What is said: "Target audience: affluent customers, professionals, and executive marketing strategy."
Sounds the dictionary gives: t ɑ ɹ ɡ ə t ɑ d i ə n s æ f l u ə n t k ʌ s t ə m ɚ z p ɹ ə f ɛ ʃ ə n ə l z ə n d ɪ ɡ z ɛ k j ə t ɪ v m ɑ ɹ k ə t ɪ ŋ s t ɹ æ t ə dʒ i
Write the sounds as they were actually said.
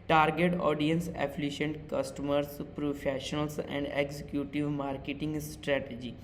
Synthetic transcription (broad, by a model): t ɑ ɹ ɡ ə t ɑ d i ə n s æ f l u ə n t k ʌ s t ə m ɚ s p ɹ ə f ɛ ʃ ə n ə l s ə n d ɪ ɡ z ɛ k j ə t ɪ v m ɑ ɹ k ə t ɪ ŋ s t ɹ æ t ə dʒ i